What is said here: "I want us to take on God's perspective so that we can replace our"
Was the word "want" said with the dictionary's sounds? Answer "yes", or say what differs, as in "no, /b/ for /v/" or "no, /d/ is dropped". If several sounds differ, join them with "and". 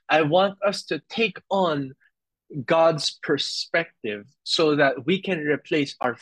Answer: yes